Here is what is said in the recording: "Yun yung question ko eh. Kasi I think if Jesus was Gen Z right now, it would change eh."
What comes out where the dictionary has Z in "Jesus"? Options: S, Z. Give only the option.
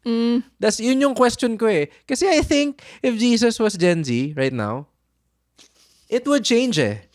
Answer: S